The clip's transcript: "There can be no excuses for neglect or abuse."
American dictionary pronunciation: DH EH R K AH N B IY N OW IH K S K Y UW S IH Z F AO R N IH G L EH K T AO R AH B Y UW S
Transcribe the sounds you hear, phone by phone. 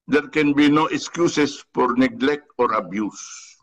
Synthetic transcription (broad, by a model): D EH R K AH N B IY N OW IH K S K Y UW S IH S F AO R N IH G L EH K T AO R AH B Y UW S